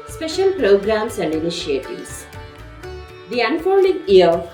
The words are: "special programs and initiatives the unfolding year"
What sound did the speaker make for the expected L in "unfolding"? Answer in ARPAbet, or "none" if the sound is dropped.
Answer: N